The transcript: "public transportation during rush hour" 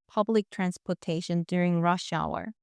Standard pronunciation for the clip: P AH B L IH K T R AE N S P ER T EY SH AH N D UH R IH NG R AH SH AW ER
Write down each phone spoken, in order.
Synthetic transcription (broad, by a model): P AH B L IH K T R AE N S P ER T EY SH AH N D UH R IH NG R AH SH AW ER